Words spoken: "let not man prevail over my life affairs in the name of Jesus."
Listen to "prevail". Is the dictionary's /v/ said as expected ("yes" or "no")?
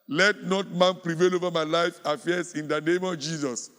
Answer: yes